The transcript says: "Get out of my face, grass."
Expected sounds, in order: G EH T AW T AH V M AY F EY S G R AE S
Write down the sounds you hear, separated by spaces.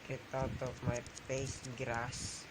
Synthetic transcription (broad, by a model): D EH T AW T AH P M AY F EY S G R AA S